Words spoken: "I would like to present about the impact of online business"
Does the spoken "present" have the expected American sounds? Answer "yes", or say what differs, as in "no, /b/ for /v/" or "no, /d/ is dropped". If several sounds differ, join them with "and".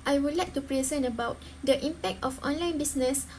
no, /t/ is dropped